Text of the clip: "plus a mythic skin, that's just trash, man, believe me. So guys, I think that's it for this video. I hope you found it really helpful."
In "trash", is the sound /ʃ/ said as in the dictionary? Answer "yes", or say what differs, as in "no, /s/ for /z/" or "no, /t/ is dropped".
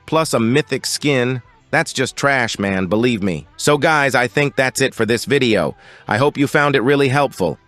yes